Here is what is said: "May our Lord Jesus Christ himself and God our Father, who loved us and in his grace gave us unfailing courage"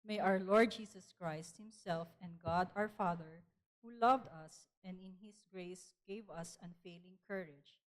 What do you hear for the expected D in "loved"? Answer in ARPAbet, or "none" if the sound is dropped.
D